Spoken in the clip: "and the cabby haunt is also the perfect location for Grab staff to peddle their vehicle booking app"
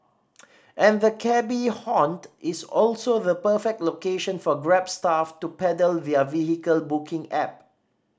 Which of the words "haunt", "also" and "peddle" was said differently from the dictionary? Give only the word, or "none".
none